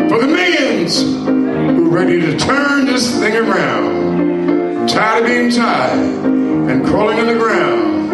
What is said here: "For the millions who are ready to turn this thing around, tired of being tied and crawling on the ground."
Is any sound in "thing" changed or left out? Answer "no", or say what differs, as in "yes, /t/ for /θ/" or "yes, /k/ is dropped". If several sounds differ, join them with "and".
no